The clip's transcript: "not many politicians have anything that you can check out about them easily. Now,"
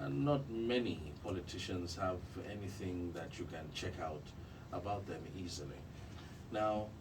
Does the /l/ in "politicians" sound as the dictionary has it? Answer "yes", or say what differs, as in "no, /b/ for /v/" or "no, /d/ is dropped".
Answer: yes